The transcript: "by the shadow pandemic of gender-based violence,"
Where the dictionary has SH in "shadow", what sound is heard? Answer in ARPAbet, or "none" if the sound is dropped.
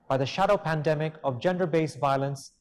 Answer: SH